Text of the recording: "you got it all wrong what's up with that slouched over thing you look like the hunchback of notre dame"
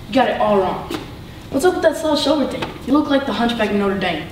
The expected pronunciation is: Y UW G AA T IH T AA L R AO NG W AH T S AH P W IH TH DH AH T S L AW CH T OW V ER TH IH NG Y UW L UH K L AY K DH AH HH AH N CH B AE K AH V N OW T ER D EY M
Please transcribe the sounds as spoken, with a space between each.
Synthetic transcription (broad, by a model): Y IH G AA T IH T AA L R AO NG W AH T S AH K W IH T DH AH T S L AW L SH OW ER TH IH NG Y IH L UH K L AY K DH AH HH AH N CH B AE K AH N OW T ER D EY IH